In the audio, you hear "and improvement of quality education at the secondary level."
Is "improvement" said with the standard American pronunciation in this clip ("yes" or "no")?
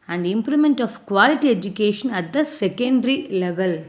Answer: no